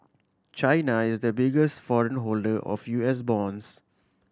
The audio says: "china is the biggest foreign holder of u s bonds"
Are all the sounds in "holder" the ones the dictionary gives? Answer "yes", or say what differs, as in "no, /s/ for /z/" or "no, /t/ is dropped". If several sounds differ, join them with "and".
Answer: yes